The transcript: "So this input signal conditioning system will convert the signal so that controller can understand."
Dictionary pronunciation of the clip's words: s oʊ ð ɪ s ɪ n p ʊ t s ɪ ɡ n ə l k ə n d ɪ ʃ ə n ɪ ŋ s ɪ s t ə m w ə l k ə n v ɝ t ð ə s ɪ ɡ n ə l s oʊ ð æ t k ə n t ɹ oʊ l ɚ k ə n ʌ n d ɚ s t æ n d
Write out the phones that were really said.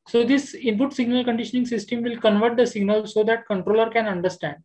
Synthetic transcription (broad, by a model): s oʊ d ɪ s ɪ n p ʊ t s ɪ ɡ n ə l k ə n d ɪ ʃ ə n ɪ ŋ s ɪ s t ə m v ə l k ə n v ɝ t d ə s ɪ ɡ n ə l s oʊ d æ t k ə n t ɹ oʊ l ɚ k ə n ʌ n d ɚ s t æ n d